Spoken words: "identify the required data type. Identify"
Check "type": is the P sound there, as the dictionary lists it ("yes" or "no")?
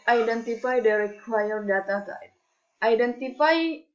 no